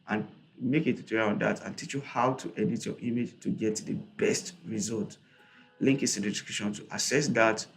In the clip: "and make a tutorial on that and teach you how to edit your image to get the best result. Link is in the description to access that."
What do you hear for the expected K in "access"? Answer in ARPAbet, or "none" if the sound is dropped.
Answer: none